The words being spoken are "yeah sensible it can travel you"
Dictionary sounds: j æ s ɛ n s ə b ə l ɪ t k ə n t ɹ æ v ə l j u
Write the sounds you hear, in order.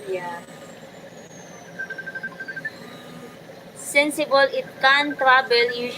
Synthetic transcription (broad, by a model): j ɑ s ɛ n s ə b ə l ɪ t k ə n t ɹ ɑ b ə l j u